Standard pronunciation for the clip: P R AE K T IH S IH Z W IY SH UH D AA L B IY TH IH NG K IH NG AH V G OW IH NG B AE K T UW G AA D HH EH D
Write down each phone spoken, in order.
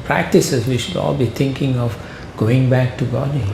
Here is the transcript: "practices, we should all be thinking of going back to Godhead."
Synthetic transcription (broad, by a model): P R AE K T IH S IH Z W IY SH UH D AA L B IY T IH NG K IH NG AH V G OW IH NG B AE K T UW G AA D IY